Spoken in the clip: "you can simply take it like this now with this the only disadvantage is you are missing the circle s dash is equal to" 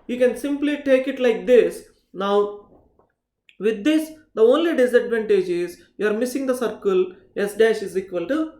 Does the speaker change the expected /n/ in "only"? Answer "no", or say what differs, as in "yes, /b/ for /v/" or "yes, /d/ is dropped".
no